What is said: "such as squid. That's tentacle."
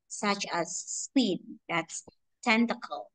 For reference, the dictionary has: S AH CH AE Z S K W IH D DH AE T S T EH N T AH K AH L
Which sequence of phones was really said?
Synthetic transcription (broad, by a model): S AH CH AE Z S W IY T DH AE T S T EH N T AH K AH L